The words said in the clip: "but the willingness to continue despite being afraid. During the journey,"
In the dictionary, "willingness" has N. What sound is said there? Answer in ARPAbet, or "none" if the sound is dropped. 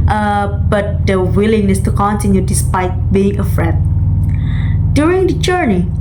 none